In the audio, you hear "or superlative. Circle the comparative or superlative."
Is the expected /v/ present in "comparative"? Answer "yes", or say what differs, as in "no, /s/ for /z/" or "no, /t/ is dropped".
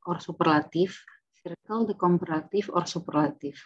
no, /f/ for /v/